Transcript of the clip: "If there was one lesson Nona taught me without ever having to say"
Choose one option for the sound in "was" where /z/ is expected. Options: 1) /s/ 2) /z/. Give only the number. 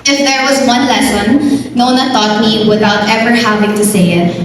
2